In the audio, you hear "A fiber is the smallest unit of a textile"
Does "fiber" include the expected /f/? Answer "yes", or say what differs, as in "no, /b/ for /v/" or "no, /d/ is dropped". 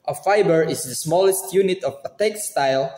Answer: yes